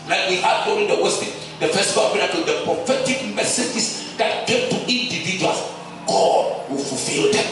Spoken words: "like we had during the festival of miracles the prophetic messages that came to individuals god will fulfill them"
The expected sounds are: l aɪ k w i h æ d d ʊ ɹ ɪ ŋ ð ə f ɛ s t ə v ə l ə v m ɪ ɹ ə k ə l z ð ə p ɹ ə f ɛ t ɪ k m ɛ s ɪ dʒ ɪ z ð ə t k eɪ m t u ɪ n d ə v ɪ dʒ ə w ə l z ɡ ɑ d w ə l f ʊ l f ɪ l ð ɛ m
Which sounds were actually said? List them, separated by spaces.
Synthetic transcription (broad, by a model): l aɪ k w i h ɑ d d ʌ w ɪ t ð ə f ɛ s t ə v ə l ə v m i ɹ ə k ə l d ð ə p ɹ ə f ɛ t ɪ k m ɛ s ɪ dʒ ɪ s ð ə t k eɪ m t u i n d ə v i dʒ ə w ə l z ɡ ɑ d w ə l f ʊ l f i l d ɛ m